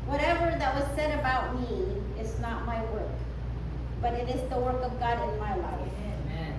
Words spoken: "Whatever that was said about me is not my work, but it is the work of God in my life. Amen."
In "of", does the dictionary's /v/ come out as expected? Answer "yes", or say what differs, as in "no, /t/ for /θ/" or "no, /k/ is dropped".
yes